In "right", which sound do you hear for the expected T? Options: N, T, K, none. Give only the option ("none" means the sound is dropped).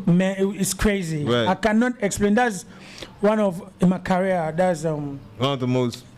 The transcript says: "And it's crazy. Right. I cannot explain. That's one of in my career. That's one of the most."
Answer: none